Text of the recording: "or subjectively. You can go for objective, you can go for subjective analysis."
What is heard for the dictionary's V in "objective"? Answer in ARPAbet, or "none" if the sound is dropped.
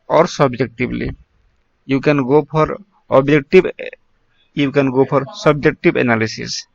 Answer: B